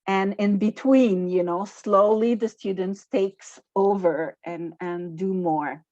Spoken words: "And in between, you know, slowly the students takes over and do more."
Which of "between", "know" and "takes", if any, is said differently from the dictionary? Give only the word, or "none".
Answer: none